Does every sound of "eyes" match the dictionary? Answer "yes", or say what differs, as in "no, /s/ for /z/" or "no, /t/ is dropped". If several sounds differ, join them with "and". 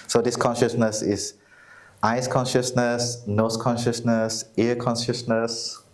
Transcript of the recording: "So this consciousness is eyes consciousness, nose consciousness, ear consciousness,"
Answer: no, /s/ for /z/